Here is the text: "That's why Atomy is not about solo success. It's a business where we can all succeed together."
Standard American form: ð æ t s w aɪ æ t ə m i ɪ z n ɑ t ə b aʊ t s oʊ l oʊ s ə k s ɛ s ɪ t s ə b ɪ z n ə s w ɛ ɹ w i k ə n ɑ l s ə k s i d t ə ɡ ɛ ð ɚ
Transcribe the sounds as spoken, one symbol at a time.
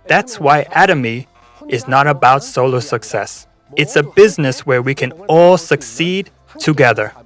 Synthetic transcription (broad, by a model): ð æ t s w aɪ æ t ə m i ɪ z n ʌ t ə b aʊ t s oʊ l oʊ s ə k s ɛ s ɪ t s ə b ɪ z n ə s w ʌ ɹ w i k ə n ɑ l s ə k s i d t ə ɡ ɛ ð ɚ